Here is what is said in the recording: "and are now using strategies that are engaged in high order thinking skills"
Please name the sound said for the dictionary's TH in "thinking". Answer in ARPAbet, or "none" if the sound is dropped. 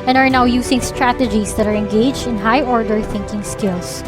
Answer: TH